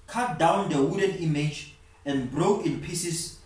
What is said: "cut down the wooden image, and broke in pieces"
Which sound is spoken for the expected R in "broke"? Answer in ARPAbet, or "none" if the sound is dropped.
R